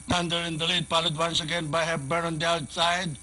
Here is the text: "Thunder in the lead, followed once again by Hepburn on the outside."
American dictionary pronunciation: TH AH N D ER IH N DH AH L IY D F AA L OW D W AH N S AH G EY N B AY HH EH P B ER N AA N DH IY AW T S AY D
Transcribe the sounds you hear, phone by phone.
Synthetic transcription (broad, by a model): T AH N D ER IH N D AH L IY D P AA L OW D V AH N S AH G EY N B AY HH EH B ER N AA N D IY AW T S AY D